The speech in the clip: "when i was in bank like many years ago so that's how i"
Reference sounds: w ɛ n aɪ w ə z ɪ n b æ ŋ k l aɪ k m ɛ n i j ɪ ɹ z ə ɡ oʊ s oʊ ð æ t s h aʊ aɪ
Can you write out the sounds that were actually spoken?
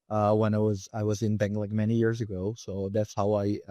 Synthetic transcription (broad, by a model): w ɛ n aɪ w ə z ɪ n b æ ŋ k l aɪ k m ɛ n i j ɪ ɹ z ə ɡ oʊ s oʊ ð æ t s h aʊ aɪ